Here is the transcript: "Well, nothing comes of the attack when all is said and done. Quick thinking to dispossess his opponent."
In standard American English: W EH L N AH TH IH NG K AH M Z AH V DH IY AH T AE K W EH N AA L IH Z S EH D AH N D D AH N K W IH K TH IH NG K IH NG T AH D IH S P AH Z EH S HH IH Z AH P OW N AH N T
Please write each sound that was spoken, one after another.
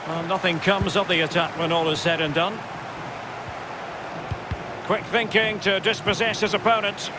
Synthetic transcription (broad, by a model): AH N AH TH IH NG K AH M Z AH V DH IY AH T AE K W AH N AA L IH Z S EH D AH N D D AH N K W IH K TH IH NG K IH NG T AH D IH S P AH Z EH S HH IH Z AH P OW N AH N T